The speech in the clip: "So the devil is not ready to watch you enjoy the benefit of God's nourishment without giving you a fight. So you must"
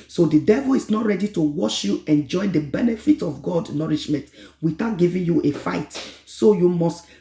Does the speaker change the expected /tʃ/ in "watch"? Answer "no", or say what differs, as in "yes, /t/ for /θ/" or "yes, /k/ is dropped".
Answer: yes, /ʃ/ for /tʃ/